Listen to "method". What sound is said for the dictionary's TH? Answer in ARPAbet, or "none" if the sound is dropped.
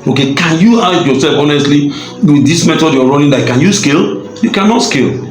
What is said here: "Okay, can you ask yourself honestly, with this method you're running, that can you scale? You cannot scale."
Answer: T